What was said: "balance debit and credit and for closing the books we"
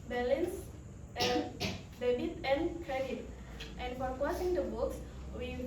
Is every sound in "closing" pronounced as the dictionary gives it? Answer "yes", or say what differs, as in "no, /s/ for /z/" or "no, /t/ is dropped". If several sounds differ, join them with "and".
no, /l/ is dropped